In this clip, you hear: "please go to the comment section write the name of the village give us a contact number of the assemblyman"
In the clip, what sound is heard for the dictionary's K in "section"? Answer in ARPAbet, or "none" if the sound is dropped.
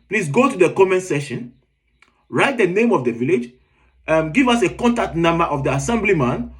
none